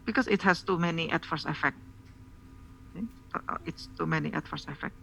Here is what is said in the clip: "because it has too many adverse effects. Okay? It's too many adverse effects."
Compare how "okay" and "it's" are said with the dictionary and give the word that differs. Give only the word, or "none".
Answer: okay